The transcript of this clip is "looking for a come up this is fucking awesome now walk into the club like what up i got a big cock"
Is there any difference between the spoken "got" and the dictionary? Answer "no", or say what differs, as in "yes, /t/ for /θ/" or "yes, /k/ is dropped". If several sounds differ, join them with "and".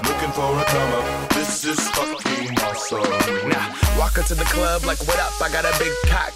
no